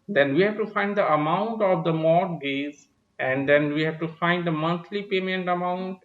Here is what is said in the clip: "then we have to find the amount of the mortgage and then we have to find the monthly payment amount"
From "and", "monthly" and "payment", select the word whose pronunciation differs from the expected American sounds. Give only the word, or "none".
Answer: monthly